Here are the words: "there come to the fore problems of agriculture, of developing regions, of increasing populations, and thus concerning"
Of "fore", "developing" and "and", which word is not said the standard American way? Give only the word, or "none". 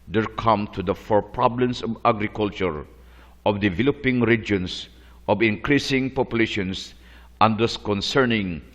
none